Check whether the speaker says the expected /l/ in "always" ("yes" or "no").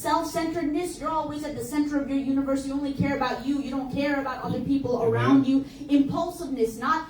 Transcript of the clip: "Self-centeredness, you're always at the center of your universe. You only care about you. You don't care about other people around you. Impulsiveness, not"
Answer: yes